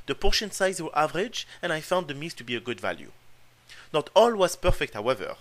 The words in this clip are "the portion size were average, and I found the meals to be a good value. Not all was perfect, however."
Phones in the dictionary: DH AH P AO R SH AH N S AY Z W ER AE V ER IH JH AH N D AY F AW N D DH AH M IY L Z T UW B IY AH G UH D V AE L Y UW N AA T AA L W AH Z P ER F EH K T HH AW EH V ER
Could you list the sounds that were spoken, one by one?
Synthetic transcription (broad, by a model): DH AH P AO R SH AH N S AY Z W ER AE V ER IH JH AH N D AY F AW N D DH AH M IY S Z T UW B IY AH G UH D V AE L Y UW N AA T AA L W AH Z P ER F EH K T HH AW EH V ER